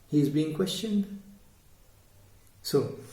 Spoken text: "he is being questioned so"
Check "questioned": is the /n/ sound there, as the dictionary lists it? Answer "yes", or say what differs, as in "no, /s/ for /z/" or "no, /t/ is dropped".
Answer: yes